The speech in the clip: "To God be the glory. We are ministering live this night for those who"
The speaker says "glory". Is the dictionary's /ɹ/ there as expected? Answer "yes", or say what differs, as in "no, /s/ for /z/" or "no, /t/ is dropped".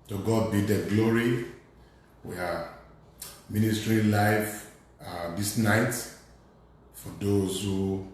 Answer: yes